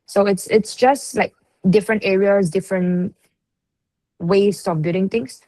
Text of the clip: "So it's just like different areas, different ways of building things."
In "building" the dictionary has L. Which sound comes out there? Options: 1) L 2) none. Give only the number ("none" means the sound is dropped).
2